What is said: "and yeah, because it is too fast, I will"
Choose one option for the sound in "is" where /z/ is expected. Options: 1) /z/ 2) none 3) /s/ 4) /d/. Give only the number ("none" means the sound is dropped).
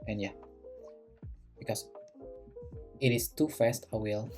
3